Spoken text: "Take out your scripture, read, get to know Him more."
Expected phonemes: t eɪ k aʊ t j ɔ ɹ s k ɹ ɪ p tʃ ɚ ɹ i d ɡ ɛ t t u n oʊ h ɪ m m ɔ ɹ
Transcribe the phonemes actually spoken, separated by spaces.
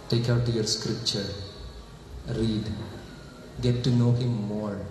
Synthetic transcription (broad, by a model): t eɪ k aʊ t j ɔ ɹ s k ɹ ɪ p tʃ ɚ ɹ i d ɡ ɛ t t u n oʊ h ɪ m m ɔ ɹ